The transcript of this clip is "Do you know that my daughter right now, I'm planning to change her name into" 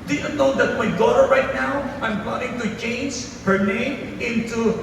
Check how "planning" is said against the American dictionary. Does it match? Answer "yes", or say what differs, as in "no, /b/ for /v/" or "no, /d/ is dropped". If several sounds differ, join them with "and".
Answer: no, /l/ is dropped